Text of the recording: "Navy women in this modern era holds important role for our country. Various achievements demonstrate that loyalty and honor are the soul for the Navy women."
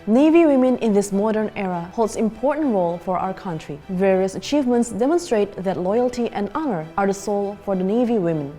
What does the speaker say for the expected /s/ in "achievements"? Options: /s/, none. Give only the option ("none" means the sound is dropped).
/s/